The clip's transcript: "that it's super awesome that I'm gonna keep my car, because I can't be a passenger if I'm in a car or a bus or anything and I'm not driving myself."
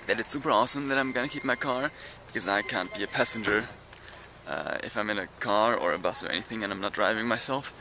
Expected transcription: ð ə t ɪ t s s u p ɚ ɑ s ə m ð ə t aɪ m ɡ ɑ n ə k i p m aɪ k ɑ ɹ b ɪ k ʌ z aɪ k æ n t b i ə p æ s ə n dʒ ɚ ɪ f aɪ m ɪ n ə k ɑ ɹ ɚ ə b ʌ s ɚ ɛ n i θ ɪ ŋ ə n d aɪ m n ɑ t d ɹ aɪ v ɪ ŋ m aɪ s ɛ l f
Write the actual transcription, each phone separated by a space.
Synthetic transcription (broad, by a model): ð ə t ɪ t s s u p ɚ ɑ s ə m ð ə t aɪ m ɡ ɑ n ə k i p m aɪ k ɑ ɹ b ɪ k ʌ z aɪ k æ n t b i ə p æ s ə n dʒ ɚ ɪ f aɪ m ɪ n ə k ɑ ɹ ɚ ə b ʌ s ɚ ɛ n i θ ɪ ŋ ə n aɪ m n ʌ t d ɹ aɪ v ɪ ŋ m aɪ s ɛ l f